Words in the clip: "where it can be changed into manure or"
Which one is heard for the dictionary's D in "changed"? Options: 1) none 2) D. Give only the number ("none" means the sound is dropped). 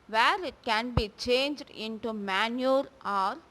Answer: 2